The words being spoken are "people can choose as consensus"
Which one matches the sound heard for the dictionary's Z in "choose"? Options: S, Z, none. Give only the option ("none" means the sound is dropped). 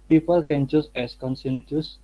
S